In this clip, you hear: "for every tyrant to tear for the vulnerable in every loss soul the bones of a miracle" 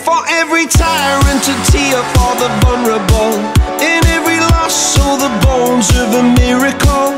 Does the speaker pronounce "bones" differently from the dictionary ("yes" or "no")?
no